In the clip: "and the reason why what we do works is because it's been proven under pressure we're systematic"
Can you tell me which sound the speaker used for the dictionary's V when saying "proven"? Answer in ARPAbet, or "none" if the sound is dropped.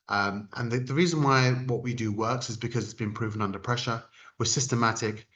V